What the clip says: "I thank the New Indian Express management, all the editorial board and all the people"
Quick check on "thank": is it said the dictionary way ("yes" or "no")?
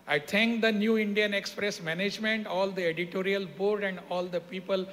no